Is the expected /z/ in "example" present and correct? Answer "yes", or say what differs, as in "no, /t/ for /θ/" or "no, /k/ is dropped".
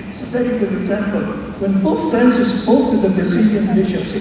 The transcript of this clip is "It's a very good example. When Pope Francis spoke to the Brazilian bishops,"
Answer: yes